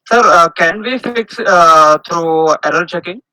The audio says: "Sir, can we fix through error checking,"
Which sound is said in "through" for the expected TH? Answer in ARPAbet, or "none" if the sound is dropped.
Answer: T